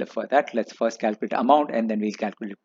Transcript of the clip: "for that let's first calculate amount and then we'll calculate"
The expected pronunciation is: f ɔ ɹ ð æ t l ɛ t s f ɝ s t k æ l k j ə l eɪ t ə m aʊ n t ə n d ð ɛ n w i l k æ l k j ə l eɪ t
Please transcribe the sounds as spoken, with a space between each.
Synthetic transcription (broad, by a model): f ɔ ɹ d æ t l ɛ t s f ɝ s t k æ l k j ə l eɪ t ə m aʊ n t ə n d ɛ n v i l k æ l k j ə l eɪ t